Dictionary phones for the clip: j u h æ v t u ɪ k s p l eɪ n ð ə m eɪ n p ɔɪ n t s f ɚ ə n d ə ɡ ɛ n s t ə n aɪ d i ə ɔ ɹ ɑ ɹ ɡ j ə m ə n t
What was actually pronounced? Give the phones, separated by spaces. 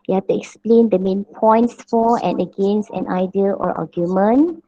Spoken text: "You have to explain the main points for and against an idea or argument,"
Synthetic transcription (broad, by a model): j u h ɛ f t u ɪ k s p l eɪ n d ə m eɪ n p ɔɪ n t s f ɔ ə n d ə ɡ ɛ n s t ə n aɪ d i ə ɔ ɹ ɑ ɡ j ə m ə n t